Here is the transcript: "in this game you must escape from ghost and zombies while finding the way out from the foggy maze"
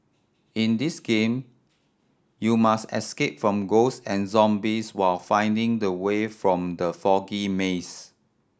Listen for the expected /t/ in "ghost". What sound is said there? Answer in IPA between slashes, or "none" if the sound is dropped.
none